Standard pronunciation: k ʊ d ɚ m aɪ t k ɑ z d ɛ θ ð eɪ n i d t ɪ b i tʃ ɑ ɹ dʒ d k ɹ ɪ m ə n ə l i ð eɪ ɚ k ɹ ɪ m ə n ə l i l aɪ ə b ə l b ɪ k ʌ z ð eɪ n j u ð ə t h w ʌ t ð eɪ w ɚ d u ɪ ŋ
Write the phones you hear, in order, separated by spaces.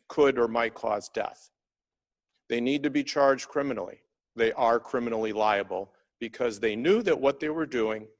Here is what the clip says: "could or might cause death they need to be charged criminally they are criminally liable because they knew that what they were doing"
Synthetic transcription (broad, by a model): k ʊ d ɚ m aɪ t k ɑ z d ɛ θ ð eɪ n i d t ɪ b i tʃ ɑ ɹ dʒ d k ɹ ɪ m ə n l i ð eɪ ɚ k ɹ ɪ m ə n l i l aɪ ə b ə l b ɪ k ʌ z ð eɪ n j u ð ə t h w ʌ t ð eɪ w ɚ d u ɪ ŋ